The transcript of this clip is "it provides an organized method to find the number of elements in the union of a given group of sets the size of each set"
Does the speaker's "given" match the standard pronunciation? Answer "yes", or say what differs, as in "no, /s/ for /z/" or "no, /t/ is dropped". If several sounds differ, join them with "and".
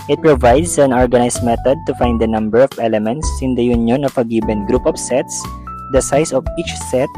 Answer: no, /b/ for /v/